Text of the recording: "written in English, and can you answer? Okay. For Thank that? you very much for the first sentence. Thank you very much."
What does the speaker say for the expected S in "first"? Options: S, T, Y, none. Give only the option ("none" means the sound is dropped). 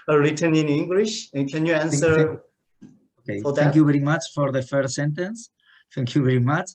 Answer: none